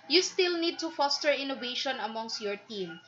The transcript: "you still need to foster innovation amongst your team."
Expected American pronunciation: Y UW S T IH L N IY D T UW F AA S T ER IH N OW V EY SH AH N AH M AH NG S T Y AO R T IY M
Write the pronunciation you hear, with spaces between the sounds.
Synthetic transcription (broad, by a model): Y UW S T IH L N IY D T UW F AA S T ER IH N OW V EY SH AH N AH M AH NG S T Y AO R T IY M